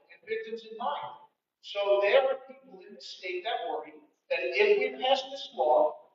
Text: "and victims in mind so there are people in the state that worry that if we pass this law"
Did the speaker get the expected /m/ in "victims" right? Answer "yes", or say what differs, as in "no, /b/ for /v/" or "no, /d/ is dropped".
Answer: no, /m/ is dropped